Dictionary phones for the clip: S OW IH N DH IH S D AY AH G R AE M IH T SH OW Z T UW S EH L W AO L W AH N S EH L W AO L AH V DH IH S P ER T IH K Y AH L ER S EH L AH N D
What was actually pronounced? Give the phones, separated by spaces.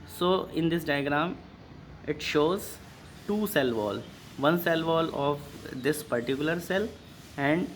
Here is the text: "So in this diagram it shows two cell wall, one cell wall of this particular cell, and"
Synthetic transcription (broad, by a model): S OW IH N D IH S D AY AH G R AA M IH T SH OW Z T UW S EH L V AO L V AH N S EH L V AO L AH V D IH S P ER T IH K Y AH L ER S EH L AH N D